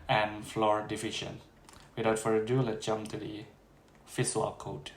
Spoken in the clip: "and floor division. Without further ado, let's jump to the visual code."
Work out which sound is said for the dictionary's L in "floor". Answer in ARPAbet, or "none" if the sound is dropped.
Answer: L